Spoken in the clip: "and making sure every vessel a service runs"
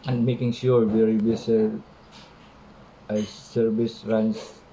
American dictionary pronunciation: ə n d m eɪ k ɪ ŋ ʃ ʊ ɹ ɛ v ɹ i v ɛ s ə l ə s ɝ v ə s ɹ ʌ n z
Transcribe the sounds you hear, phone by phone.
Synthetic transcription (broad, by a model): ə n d m eɪ k ɪ ŋ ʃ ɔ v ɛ ɹ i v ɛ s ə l ə s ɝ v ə s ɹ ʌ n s